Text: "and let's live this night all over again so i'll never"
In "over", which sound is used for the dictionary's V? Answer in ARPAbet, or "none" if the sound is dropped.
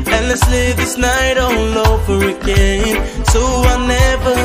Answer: F